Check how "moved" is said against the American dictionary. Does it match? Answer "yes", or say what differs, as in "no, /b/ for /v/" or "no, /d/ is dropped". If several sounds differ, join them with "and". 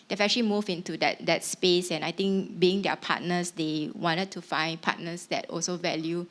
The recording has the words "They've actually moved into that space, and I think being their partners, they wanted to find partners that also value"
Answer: no, /d/ is dropped